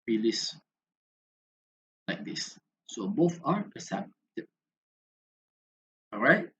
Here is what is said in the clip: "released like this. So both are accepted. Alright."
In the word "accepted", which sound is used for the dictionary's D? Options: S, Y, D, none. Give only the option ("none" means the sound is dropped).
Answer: none